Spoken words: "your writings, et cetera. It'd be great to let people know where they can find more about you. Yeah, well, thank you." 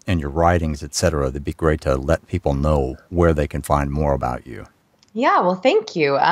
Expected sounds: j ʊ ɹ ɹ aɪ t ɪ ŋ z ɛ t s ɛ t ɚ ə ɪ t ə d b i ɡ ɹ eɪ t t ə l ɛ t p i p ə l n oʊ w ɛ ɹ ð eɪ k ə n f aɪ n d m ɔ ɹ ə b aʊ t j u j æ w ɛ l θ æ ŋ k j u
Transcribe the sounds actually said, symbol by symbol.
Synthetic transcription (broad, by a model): j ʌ ɹ ɹ aɪ t ɪ ŋ z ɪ t s ɛ t ɚ ə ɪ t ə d b i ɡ ɹ eɪ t t ə l ɛ t p i p l n oʊ w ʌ ɹ ð eɪ k ə n f aɪ n d m ɔ ɹ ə b aʊ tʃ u j æ w ɛ l θ æ ŋ k j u